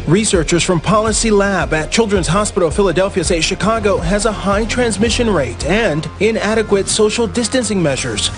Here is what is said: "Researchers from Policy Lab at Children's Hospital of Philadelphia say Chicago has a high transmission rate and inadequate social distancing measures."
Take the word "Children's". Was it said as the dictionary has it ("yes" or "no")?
yes